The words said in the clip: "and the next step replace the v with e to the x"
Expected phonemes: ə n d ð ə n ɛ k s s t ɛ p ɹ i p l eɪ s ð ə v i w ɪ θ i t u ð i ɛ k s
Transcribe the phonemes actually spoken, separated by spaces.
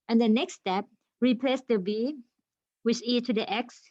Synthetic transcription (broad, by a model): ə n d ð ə n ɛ k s s t ɛ p ɹ i p l eɪ s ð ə b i w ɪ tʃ i t u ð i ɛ k s